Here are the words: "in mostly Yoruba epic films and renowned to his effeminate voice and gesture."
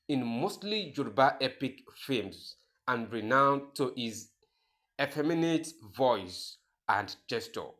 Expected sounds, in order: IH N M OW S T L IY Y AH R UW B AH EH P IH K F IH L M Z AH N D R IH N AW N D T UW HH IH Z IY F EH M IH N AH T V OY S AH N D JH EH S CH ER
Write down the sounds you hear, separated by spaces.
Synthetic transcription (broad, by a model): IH N M OW S T L IY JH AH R B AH EH P IH K F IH M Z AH N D R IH N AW N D T UW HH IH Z IY F EH M IH N AH T V OY S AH N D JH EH S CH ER